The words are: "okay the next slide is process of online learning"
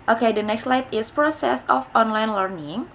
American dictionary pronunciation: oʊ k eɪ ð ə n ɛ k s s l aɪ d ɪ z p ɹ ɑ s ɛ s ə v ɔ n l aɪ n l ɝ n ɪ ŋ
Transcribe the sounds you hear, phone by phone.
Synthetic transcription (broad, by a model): oʊ k eɪ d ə n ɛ k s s l aɪ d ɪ s p ɹ ɑ s ɛ s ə f ɔ n l aɪ n l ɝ n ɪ ŋ